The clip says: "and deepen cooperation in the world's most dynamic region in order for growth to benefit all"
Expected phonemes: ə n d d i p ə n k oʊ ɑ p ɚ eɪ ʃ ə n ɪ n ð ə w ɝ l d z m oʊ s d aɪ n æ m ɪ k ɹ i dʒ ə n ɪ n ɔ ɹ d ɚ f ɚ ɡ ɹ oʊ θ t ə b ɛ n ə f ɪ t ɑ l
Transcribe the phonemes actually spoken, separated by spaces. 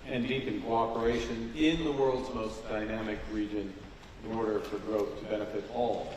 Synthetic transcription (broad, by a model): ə n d d i p ə n k oʊ ɑ p ɚ eɪ ʃ ə n ɪ n ð ə w ɝ l d z m oʊ s d aɪ n æ m ɪ k ɹ i dʒ ə n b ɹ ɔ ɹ d ɚ f ɚ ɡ ɹ oʊ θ t ə b ɛ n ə f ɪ t ɑ l